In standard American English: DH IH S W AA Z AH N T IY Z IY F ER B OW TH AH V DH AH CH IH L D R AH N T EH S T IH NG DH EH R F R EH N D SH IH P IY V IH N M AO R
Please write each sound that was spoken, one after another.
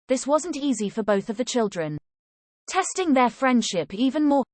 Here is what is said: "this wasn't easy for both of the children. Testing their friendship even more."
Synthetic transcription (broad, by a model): DH IH S W AA Z AH N T IY Z IY F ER B OW TH AH V DH AH CH IH L D R AH N T EH S T IH NG DH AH F R EH N D SH IH P IY V IH N M AO